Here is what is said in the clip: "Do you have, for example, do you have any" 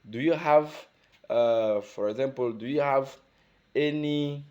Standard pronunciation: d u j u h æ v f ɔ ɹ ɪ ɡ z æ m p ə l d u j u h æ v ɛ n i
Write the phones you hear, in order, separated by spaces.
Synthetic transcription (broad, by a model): d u j u h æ v f ɔ ɹ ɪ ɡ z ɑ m p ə l d u j u h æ v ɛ n i